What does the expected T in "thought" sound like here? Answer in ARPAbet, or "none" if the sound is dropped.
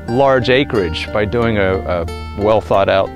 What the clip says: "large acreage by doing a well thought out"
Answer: T